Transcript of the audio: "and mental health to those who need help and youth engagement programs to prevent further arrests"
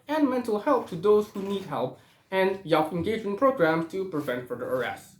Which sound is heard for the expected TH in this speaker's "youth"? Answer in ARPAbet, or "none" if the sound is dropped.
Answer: F